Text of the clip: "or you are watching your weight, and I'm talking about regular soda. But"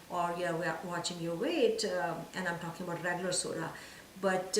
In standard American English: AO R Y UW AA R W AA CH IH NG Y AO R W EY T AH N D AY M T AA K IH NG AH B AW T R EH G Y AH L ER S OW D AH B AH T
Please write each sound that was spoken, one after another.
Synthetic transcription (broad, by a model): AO R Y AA W W AA CH IH NG Y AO W EY T AH N D AY M T AA K IH NG AH B AW T R EH G Y AH L ER S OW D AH B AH T